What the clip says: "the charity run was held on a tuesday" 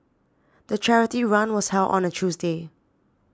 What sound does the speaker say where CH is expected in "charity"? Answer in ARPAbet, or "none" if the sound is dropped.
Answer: CH